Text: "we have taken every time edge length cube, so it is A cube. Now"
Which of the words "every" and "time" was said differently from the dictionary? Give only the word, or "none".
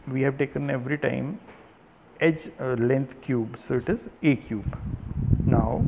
none